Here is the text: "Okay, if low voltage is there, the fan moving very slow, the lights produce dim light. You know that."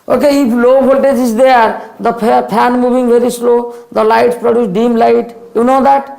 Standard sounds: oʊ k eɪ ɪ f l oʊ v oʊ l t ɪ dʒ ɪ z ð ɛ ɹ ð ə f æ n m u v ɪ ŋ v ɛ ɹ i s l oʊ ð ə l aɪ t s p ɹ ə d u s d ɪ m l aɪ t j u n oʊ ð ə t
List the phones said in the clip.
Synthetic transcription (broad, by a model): oʊ k eɪ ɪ p l oʊ b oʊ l t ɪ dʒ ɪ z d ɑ ɹ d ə p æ n m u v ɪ ŋ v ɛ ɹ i s l oʊ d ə l aɪ t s p ɹ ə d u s d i m l aɪ t j u n oʊ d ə t